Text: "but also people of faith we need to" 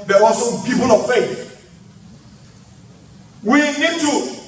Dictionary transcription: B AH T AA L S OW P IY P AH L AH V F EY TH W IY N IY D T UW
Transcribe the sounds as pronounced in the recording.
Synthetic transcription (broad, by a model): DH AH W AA S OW P IY P AH L AH V F EY TH W IY N IY D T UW